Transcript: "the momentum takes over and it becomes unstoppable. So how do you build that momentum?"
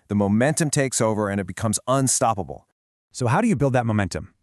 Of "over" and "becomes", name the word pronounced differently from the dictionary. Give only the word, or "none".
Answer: none